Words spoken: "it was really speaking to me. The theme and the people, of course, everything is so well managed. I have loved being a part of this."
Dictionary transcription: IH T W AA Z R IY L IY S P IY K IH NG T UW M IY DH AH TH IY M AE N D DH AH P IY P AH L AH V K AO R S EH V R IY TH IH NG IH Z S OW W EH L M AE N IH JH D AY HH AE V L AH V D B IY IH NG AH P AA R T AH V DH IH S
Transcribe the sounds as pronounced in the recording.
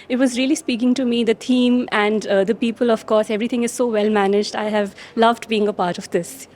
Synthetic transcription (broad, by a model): IH T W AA Z R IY L IY S P IY K IH NG T UW M IY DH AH T IY M AE N D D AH P IY P AH L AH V K AO R S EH V R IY T IH NG IH Z S OW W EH L M AE N IH JH D AY HH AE V L AH V D B IY IH NG AH P AA R T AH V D IH S